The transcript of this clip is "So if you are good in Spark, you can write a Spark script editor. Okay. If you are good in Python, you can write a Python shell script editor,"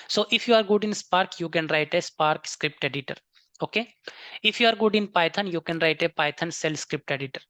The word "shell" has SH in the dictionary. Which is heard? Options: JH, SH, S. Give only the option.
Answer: S